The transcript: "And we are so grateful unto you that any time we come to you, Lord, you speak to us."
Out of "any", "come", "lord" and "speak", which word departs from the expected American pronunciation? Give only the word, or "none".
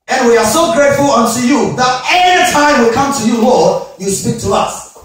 any